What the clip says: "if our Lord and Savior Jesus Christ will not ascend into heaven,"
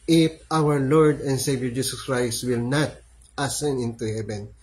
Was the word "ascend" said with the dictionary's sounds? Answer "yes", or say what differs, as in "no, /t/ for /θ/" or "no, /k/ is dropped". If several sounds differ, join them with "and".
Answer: no, /d/ is dropped